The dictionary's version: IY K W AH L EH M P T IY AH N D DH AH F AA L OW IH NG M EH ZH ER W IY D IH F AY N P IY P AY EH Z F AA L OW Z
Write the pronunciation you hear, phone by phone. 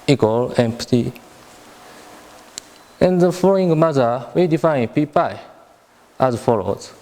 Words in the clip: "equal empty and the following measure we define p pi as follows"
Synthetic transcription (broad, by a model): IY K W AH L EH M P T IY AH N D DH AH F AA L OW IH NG M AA Z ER W IY D IH F AY N P IY P AY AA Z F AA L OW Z